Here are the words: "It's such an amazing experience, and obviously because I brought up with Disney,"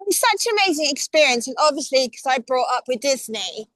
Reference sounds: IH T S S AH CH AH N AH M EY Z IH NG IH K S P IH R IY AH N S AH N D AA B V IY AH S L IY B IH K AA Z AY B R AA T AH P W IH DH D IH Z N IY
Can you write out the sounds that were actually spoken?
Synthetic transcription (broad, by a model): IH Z S AH CH AH N AH M EY Z IH NG IH K S P IH R IY AH N S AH N AA B V IY AH S L IY K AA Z AY B R AA T AH P W IH DH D IH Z N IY